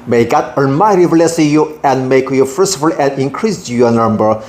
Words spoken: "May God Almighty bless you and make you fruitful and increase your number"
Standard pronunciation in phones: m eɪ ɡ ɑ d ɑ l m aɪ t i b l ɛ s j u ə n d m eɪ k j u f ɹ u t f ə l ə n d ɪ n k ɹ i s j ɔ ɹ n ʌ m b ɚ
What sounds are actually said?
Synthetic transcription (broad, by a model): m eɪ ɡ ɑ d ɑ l m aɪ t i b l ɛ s j u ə n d m eɪ k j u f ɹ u s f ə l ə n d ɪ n k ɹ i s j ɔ n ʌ m b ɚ